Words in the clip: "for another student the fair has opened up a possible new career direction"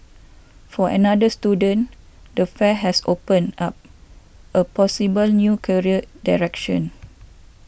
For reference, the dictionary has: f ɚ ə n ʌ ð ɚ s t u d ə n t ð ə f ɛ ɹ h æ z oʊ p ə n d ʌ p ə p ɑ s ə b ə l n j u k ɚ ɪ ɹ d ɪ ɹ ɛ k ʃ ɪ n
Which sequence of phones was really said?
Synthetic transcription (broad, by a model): f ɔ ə n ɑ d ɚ s t u d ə n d ə f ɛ h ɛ s oʊ p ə n ɑ p ə p ɑ s ə b ə l n j u k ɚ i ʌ d ɪ ɹ ɛ k ʃ ɪ n